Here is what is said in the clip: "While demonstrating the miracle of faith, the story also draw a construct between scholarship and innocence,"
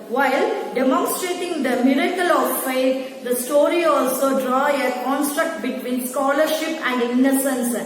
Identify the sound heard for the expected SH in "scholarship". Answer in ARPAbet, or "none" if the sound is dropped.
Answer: SH